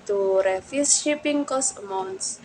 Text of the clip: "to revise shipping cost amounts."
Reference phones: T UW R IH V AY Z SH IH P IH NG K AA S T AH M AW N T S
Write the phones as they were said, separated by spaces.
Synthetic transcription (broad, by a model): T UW R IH F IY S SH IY P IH NG K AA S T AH M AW N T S